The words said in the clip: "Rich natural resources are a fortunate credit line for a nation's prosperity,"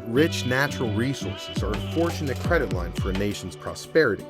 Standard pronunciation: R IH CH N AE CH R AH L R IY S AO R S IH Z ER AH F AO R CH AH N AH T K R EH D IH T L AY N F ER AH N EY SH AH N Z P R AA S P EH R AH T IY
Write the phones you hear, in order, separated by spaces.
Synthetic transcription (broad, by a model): R IH CH N AE CH R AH L R IY S AO R S IH Z ER AH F AO R CH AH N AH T K R EH D IH T L AY N F ER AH N EY SH N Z P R AA S P EH R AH T IY